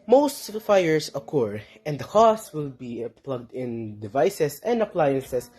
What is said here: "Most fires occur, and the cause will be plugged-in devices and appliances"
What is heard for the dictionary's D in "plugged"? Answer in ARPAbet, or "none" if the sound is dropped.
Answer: D